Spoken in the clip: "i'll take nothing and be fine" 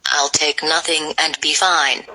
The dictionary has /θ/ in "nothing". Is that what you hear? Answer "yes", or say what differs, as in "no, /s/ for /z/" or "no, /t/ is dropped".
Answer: yes